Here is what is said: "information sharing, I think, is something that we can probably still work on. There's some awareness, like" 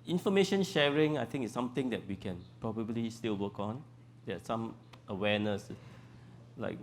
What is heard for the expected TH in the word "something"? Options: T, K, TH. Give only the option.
T